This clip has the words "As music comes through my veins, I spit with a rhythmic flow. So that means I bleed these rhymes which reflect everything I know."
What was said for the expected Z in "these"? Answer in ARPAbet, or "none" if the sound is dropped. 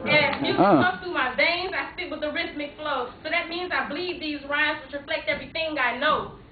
Z